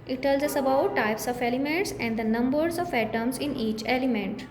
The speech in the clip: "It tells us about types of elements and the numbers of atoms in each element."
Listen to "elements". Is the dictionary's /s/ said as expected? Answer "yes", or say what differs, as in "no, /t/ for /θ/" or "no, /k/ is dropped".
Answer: yes